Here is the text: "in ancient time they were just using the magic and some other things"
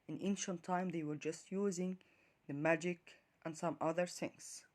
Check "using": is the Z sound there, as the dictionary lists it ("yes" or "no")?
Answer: yes